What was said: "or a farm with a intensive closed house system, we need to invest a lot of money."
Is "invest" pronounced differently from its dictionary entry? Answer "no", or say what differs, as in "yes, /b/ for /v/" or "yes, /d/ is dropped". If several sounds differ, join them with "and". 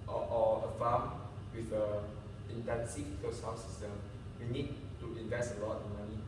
no